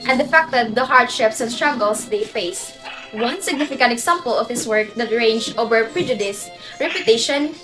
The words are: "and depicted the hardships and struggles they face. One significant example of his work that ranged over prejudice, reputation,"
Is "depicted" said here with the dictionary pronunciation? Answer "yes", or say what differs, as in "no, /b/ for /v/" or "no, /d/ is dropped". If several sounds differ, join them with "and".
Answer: no, /f/ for /p/